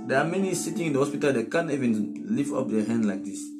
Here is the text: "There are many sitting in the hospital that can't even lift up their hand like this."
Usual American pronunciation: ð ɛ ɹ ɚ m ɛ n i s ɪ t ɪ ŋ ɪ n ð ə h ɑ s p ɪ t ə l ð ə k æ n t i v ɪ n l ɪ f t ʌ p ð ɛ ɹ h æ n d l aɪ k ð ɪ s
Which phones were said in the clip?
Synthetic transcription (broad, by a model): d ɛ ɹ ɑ m ɛ n i s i t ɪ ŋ ɪ n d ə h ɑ s p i t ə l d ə k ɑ n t i v ɪ n l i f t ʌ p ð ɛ h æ n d l aɪ k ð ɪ s